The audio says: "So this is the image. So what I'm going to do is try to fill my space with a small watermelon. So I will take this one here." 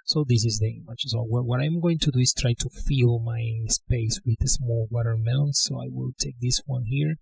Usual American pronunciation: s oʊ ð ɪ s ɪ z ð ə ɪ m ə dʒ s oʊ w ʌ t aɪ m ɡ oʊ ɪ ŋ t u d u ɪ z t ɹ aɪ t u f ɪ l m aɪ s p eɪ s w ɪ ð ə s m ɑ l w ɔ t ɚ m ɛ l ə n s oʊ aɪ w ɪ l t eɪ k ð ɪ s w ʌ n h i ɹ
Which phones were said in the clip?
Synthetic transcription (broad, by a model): s oʊ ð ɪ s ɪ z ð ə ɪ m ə tʃ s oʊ w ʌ t aɪ m ɡ oʊ ɪ ŋ t u d u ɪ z t ɹ aɪ t u f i l m aɪ s p eɪ s w ɪ ð ə s m ɑ l w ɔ t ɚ m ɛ ə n s oʊ aɪ w ɪ l t eɪ k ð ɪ s w ʌ n h i ɹ